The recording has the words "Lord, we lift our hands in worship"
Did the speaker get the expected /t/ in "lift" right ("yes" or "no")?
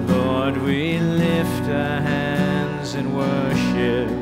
yes